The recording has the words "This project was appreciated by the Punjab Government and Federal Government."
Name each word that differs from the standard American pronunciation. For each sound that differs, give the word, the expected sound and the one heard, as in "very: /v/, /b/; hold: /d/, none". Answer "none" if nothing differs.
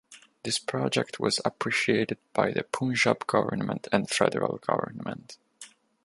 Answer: none